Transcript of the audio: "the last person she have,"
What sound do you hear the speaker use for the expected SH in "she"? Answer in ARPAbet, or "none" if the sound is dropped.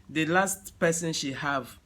SH